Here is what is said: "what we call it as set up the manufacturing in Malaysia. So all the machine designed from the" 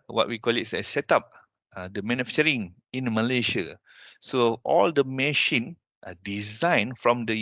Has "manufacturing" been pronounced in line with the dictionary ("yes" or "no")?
no